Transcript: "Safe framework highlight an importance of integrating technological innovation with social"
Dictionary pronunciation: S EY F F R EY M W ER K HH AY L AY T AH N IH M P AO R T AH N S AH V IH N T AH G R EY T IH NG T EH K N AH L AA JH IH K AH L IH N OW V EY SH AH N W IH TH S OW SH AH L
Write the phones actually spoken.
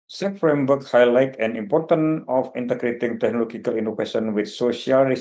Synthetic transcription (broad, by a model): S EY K F R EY M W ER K HH AY L AY T AH N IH M P AO R T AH N AH F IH N T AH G R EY T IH NG T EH K N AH L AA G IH K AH L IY N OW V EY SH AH N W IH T S OW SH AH L